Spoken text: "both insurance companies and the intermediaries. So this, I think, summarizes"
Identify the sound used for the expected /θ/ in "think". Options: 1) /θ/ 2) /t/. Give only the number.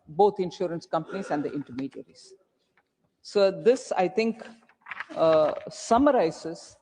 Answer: 2